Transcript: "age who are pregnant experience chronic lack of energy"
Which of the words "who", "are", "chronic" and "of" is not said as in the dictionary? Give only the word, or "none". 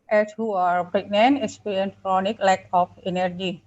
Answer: of